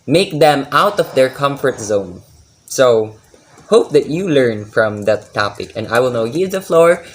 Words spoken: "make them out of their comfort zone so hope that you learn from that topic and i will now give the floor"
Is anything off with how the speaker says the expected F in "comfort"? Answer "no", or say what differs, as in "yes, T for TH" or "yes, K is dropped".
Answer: no